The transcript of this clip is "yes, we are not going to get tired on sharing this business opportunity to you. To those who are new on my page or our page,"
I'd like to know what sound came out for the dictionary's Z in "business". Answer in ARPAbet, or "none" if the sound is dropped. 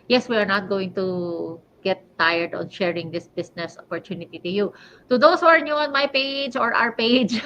S